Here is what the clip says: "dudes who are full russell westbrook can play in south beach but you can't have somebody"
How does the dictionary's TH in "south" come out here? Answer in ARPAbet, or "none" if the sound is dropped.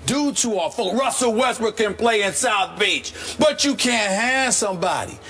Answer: TH